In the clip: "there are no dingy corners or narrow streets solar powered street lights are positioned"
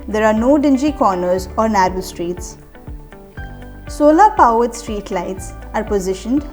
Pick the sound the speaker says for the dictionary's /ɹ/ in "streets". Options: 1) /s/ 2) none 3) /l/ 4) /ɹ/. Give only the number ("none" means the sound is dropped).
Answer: 4